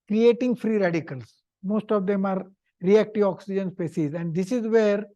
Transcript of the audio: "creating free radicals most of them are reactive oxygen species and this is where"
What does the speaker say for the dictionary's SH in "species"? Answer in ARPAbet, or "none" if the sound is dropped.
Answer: S